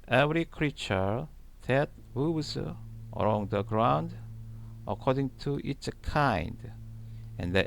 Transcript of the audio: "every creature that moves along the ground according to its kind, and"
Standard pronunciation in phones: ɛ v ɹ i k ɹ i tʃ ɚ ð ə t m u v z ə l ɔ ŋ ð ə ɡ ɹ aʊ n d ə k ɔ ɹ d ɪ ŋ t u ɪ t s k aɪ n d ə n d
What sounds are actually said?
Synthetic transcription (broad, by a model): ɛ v ɹ i k ɹ i tʃ ɚ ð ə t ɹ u z ə l ɔ ŋ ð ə ɡ ɹ aʊ n d ə k ɔ ɹ d ɪ ŋ t u t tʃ k aɪ n d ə n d